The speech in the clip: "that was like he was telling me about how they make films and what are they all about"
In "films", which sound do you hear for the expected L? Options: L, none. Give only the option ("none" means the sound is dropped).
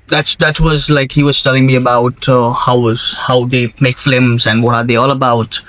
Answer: none